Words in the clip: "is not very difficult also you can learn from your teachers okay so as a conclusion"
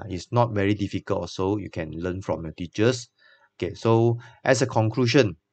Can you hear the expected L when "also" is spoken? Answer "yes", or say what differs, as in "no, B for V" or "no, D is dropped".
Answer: no, L is dropped